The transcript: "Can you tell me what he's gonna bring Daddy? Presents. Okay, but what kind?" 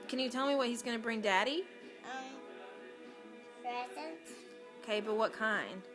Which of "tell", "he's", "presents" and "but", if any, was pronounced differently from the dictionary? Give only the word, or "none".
presents